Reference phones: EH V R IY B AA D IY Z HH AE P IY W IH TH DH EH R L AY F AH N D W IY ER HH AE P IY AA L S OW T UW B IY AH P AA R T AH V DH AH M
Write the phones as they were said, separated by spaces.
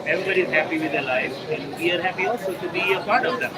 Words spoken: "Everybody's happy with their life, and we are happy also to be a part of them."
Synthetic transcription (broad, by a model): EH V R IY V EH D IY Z HH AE P IY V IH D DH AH L AY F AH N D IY ER HH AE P IY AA S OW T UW B IY AH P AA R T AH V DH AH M